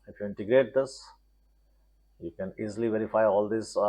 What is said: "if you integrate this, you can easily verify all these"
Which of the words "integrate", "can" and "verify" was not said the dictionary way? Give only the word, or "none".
none